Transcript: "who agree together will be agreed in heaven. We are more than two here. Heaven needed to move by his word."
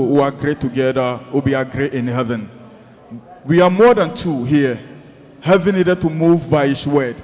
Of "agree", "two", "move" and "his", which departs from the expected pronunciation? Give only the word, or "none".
his